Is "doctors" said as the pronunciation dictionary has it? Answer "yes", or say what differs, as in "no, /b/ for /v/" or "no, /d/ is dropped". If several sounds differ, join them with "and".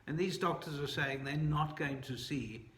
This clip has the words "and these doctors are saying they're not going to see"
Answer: yes